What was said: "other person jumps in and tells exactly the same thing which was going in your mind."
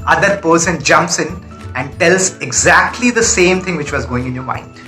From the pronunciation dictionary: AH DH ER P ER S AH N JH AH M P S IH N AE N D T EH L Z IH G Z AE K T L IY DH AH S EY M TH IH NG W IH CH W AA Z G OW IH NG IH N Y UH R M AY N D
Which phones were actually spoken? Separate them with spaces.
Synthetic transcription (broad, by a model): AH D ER P ER S AH N JH AH M P S IH N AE N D T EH L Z IH G Z AE K T L IY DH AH S EY M T IH NG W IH CH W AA Z G OW IH NG IH N Y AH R M AY N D